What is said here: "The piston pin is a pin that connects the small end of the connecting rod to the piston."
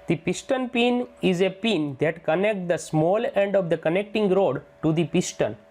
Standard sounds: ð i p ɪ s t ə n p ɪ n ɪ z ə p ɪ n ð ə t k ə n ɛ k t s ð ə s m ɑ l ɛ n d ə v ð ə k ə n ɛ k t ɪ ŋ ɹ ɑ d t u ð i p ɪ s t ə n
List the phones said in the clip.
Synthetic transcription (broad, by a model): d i p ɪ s t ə n p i n ɪ z ə p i n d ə t k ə n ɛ k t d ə s m ɑ l ɛ n d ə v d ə k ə n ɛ k t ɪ ŋ ɹ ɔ d t u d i p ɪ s t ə n